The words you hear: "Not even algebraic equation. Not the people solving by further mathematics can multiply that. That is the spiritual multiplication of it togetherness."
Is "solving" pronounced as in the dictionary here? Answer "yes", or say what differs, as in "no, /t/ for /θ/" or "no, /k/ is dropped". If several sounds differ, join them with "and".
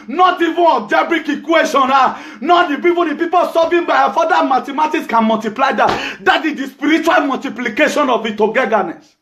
no, /l/ is dropped